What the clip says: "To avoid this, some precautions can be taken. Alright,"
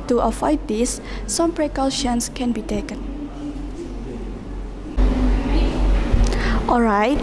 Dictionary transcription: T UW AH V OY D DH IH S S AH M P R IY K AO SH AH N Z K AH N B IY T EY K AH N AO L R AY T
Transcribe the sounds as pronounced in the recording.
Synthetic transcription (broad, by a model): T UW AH F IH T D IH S S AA M P R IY K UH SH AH N S K AH N B IY T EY K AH N AO L R AY T